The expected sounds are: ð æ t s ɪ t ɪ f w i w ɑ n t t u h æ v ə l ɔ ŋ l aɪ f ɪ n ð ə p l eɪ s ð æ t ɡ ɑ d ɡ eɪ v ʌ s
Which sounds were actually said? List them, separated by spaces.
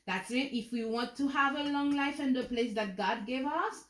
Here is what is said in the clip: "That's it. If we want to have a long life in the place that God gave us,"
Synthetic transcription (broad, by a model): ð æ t s ɪ t ɪ f w i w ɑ n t t u h æ v ə l ɔ ŋ l aɪ f ɪ n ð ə p l eɪ s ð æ t ɡ ɑ d ɡ eɪ v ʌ s